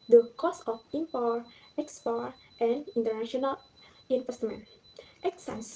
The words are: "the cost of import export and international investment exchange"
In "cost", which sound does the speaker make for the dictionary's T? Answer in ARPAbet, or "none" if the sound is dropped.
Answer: none